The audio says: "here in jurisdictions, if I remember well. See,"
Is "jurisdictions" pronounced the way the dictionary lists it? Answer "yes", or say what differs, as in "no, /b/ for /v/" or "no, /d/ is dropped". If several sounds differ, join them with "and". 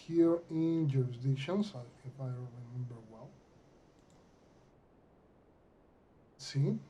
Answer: no, /k/ is dropped and /s/ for /z/